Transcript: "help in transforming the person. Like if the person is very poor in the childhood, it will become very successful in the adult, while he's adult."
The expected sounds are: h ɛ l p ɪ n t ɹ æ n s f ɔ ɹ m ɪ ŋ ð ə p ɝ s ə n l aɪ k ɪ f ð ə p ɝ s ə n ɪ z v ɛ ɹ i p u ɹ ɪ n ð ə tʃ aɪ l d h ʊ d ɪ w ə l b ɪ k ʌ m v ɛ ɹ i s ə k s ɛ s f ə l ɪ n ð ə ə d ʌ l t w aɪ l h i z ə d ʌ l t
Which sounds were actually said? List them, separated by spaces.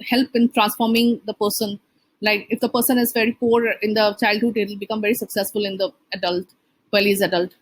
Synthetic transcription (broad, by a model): h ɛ l p ɪ n t ɹ æ n s f ɔ ɹ m ɪ ŋ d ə p ɝ s ə n l aɪ k ɪ f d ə p ɝ s ə n ɪ z v ɛ ɹ i p u ɹ ɪ n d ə tʃ aɪ l d h ʊ d ɪ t l b ɪ k ʌ m v ɛ ɹ i s ə k s ɛ s f ə l ɪ n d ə ə d ʌ l t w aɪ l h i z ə d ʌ l t